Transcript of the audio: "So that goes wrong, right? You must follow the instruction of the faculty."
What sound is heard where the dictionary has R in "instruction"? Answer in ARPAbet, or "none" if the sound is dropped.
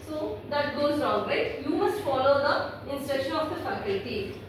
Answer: none